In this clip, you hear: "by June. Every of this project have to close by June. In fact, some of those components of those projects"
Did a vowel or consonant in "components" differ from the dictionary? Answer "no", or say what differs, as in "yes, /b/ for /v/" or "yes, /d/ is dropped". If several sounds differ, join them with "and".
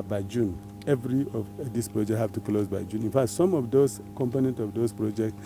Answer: yes, /s/ is dropped